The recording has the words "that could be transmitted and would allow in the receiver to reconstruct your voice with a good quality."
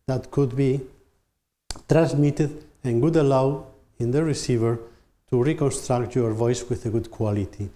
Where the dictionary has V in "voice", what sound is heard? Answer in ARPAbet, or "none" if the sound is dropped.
V